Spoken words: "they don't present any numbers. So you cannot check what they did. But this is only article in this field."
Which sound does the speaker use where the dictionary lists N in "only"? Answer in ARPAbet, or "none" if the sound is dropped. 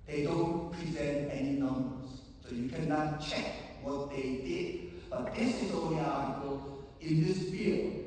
none